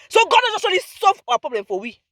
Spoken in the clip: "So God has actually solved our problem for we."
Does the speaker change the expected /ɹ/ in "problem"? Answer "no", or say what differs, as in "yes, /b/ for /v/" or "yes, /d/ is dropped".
no